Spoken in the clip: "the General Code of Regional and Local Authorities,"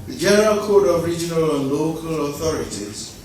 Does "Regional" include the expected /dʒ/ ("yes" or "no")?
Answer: yes